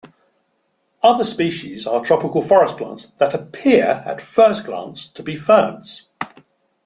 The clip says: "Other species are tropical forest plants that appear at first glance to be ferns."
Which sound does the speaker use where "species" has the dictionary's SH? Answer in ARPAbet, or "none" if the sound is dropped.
SH